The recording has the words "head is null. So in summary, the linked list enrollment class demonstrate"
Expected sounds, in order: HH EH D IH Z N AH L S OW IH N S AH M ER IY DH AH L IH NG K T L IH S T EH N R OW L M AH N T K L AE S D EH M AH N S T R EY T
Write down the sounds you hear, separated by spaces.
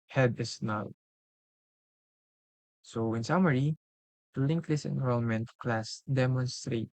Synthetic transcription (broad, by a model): HH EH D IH S N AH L S OW IH N S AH M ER IY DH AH L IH NG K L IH S EH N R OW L M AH N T K L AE S D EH M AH N S T R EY T